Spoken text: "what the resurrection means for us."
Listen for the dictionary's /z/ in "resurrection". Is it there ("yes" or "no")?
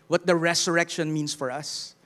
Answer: no